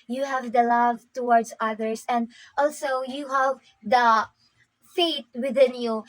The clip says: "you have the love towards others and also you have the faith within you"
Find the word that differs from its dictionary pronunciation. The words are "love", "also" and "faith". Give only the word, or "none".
faith